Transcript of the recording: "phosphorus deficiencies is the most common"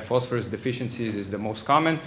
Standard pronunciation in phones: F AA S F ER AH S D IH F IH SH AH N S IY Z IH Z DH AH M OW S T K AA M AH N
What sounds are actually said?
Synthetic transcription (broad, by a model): F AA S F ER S D IH F IH SH AH N S IY Z IH Z DH AH M OW S T K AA M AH N